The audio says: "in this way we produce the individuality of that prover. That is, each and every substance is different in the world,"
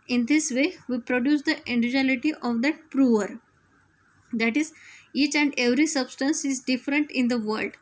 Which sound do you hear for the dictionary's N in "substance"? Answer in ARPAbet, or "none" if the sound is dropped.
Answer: N